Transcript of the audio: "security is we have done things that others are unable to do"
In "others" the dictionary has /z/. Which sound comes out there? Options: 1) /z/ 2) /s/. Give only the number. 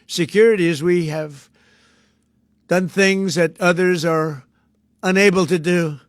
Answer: 1